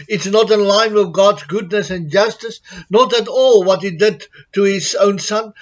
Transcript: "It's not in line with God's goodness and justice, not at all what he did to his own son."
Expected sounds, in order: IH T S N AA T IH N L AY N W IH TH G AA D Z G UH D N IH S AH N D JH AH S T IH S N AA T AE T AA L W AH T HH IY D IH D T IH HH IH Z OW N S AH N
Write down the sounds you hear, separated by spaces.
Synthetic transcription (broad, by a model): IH T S N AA T IH N L AY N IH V G AA D Z G UH D N IH S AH N JH AH S T IH S N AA T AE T AA L W AH T HH IY D IH D T IH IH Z OW N S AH N